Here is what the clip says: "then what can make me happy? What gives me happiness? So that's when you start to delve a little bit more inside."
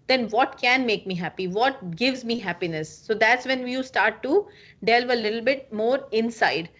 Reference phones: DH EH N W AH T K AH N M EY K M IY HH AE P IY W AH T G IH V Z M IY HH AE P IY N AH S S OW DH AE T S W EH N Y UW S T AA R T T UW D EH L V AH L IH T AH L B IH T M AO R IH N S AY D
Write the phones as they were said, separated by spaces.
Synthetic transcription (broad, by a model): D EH N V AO T K AH N M EY K M IY HH AE P IY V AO T G IH V Z M IY HH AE P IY N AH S S OW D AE T S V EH N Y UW S T AA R T T UW D EH L V AH L IH T L B IH T M AO R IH N S AY D